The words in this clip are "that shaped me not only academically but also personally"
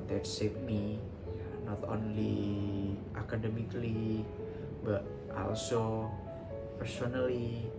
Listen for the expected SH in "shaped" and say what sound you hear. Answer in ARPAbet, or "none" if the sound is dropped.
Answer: S